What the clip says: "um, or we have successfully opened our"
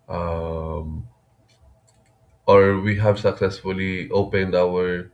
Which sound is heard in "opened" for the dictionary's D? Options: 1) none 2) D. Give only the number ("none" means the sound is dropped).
2